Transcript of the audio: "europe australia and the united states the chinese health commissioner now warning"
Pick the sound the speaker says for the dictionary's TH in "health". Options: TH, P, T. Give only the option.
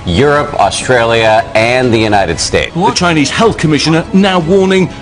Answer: TH